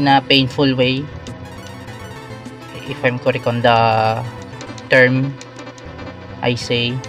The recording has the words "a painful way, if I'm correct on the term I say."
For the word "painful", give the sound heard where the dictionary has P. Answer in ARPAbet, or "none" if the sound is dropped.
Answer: P